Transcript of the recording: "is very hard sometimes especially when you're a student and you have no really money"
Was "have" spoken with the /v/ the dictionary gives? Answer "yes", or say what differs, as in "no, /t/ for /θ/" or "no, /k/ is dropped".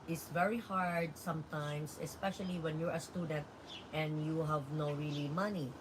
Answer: yes